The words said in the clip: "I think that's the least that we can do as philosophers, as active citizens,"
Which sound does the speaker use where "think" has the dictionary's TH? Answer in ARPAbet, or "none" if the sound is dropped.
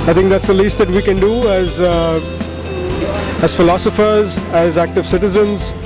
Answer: T